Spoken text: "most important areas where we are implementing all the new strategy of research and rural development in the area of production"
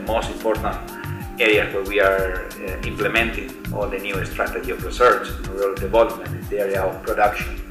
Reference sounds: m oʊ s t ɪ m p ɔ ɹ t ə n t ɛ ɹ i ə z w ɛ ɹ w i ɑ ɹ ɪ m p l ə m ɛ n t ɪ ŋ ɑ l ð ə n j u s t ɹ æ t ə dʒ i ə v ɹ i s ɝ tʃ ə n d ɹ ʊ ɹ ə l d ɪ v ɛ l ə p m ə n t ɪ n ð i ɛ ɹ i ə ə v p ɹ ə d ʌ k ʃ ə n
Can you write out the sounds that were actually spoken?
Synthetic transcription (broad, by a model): m oʊ s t ɪ m p ɔ ɹ t ə n t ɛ ɹ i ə s w ɛ ɹ w i ɑ ɹ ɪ m p l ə m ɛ n t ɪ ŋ ɑ l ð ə n j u s t ɹ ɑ t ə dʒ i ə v ɹ i s ɝ tʃ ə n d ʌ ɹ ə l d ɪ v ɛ l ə p m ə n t ɪ n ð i ɛ ɹ i ə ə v p ɹ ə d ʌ k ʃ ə n